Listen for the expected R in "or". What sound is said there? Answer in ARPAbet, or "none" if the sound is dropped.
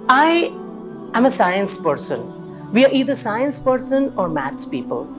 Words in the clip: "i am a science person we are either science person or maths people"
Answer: R